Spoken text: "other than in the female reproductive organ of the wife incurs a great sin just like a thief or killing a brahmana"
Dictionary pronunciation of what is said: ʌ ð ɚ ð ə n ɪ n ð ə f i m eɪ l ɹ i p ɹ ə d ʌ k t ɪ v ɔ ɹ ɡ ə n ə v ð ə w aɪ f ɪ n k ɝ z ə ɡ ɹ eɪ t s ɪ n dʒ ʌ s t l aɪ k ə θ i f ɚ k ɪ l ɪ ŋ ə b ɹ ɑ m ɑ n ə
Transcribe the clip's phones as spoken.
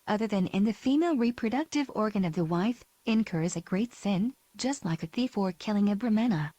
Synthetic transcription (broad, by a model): ʌ ð ɚ ð ə n ɪ n ð ə f i m eɪ l ɹ i p ɹ ə d ʌ k t ɪ v ɔ ɹ ɡ ə n ə v ð ə w aɪ f ɪ n k ɝ z ə ɡ ɹ eɪ t s ɪ n dʒ ʌ s t l aɪ k ə θ i f ɚ k ɪ l ɪ ŋ ə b ɹ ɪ m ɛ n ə